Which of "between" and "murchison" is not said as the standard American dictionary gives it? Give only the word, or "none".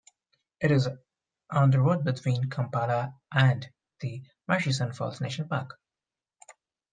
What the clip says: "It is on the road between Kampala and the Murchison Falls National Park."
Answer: murchison